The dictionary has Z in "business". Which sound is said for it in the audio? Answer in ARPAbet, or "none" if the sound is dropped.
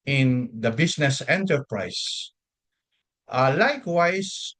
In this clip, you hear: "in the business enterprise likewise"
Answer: S